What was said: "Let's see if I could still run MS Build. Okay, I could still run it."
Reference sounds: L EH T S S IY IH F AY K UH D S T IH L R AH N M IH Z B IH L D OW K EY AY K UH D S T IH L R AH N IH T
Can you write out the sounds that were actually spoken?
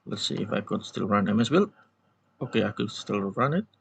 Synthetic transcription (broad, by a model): L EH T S S IY IH F AY K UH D S T IH L R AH N M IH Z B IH L OW K EY AY K UH D S T IH L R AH N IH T